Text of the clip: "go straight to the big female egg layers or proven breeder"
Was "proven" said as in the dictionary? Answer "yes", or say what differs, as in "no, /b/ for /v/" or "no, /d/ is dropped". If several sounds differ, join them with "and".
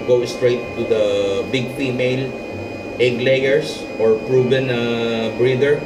no, /b/ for /v/